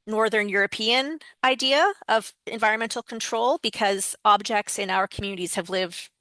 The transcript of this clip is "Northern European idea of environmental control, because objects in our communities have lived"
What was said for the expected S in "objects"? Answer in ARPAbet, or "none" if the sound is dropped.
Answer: S